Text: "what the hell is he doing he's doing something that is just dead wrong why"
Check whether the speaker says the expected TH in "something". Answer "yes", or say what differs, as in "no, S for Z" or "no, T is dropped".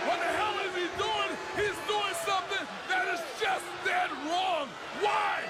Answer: yes